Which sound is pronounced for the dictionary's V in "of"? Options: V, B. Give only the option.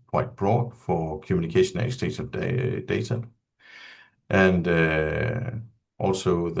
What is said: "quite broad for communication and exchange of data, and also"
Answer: B